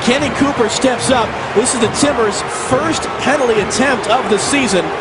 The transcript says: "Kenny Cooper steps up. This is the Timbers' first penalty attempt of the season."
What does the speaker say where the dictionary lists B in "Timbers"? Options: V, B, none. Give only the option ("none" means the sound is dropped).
none